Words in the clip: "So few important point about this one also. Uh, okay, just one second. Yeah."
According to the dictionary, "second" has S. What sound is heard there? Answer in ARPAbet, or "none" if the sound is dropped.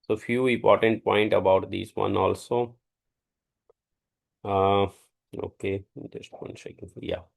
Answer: SH